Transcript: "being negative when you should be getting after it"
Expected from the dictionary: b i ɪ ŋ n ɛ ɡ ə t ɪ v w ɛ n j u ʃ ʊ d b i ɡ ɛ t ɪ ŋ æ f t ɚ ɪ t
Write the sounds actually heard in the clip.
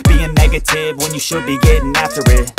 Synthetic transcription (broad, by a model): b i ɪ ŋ n ɛ ɡ ə t ɪ v w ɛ n j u ʃ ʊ d b i ɡ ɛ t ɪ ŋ æ f t ɚ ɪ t